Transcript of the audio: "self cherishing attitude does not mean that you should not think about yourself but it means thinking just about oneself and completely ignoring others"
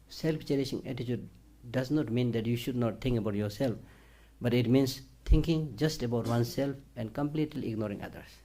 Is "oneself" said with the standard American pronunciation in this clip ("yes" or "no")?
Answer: yes